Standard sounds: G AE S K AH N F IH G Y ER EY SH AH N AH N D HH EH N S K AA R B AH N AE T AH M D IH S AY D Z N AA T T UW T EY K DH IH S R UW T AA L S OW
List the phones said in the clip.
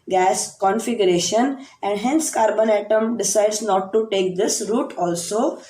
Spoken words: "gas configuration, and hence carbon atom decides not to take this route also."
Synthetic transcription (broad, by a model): G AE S K AH N F IH G Y ER EY SH AH N AH N D HH EH N S K AA R B AH N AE T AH M D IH S AY D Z N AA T T UW T EY K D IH S R UW T AA L S OW